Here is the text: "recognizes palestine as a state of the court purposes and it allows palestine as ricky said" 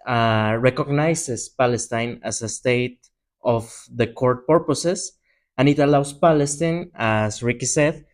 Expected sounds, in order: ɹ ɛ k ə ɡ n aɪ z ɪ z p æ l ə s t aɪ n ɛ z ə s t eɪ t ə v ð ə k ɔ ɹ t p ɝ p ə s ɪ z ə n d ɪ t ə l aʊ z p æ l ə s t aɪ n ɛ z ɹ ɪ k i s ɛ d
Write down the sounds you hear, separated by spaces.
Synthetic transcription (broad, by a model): ɹ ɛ k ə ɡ n aɪ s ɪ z p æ l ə s t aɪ n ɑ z ə s t eɪ t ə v ð ə k ɔ ɹ t p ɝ p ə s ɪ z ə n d ɪ t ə l aʊ s p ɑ l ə s t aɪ n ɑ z ɹ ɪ k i s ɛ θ